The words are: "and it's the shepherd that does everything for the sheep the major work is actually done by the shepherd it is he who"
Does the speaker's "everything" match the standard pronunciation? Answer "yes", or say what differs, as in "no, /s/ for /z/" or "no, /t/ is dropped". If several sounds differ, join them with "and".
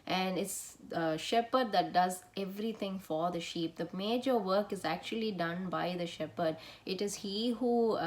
no, /t/ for /θ/